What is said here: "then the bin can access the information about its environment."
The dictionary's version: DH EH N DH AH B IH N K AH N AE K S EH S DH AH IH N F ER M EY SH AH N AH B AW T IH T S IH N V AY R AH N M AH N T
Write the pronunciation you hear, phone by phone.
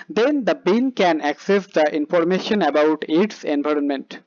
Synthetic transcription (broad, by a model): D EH N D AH B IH L K AH N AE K S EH S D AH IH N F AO M EY SH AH N AH B AW T IH T S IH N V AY R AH N M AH N T